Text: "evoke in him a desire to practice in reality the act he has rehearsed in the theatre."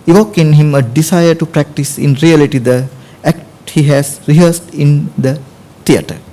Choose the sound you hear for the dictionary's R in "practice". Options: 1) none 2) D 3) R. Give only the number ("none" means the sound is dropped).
3